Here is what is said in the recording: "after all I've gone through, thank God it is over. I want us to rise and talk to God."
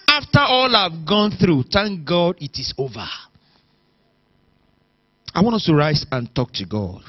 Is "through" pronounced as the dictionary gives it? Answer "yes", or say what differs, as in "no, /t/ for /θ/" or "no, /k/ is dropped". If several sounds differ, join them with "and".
yes